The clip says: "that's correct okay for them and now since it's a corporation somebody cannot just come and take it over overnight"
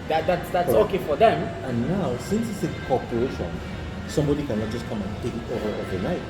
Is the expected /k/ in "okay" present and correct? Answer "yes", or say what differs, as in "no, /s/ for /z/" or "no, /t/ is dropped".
yes